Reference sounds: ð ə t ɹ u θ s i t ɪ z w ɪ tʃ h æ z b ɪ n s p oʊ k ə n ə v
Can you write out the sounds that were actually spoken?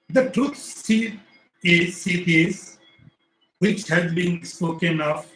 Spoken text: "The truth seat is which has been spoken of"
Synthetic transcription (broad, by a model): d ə t ɹ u s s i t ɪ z w ɪ tʃ h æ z b ɪ n s p oʊ k ə n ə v